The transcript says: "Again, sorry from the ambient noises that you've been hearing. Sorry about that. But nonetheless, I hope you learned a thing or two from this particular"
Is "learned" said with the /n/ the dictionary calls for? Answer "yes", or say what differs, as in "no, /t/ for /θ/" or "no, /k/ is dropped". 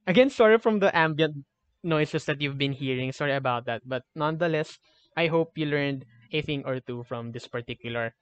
yes